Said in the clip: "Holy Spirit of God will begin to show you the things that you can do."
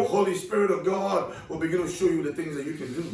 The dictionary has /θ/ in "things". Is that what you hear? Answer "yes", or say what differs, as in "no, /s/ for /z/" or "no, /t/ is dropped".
yes